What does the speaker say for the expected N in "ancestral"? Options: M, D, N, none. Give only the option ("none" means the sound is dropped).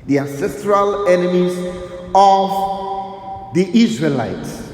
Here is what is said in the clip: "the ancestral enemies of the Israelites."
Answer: N